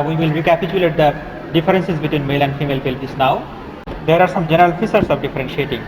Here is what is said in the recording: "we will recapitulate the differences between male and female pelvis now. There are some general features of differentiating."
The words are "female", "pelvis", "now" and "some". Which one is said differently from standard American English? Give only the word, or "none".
pelvis